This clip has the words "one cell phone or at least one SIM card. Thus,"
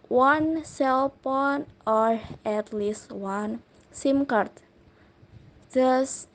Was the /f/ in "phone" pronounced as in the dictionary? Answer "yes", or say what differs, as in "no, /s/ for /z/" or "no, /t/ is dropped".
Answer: no, /p/ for /f/